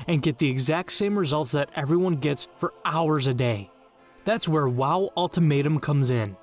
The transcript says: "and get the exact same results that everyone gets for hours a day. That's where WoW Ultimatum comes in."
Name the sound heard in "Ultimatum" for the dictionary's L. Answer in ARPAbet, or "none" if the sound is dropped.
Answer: L